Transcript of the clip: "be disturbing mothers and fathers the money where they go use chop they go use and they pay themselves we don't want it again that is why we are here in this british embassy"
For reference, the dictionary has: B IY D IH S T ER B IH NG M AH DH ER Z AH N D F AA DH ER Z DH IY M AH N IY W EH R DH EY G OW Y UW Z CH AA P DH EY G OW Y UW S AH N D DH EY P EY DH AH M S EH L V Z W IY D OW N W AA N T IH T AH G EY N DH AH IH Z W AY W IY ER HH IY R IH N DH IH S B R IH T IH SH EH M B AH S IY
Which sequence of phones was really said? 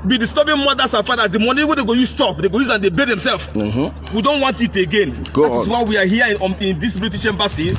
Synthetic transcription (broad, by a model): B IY D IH S T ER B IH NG M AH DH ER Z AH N F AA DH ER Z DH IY M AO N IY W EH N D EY G OW Y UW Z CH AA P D EY G OW Y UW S AH N D EY B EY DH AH M S EH L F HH W IY D OW N W AA N T IH T AH G EY N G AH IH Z W AY W IY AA HH IY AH IH N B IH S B L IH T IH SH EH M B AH S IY